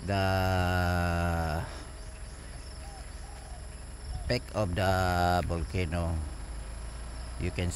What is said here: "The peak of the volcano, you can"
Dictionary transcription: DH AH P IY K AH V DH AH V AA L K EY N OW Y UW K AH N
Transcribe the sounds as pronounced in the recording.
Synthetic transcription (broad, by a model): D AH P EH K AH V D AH B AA L K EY N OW Y UW K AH N